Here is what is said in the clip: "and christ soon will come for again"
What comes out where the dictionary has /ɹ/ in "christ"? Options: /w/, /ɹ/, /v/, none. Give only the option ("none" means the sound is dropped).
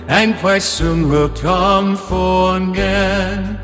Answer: /w/